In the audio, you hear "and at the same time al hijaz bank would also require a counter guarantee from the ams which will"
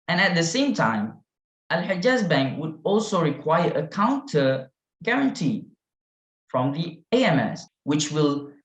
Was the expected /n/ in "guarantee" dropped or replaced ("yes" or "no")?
no